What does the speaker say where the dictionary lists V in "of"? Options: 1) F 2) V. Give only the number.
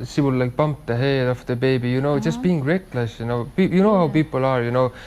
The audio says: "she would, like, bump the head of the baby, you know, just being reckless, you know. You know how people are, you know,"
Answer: 1